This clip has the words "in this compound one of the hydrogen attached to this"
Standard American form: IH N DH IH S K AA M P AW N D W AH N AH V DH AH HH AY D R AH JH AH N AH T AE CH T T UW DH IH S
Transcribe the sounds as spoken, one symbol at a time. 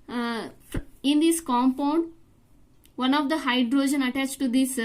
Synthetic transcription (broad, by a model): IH N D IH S K AA M P AW N D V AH N AH V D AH HH AY D R AH JH AH N AH T AE CH T T UW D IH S